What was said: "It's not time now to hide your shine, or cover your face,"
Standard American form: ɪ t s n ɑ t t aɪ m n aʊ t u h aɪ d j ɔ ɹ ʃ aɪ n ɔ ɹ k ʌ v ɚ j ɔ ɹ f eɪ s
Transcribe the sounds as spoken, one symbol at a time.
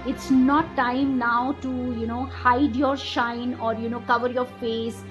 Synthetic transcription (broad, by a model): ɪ t s n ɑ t t aɪ m n aʊ t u h aɪ d j ɔ ɹ ʃ aɪ n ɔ ɹ k ʌ v ɚ j ɔ ɹ f eɪ s